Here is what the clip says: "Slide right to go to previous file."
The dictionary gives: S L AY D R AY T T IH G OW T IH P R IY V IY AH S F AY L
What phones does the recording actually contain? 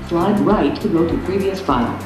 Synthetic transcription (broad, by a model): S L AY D R AY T T IH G OW T IH P R IY V IY AH S F AY L